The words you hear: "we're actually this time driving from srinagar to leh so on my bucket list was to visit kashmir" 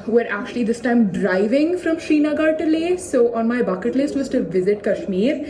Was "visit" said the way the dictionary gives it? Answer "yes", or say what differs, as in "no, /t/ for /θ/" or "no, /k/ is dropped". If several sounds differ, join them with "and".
yes